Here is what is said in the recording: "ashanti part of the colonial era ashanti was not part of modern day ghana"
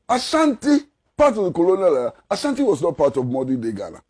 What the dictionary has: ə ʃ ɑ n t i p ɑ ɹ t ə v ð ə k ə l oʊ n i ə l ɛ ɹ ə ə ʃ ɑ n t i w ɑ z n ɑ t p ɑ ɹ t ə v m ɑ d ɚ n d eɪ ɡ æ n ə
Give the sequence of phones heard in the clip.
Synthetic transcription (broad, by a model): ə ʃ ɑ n t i p ɑ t ə v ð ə k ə l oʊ n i l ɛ ə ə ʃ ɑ n t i w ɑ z n ɑ t p ɑ t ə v m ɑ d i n d eɪ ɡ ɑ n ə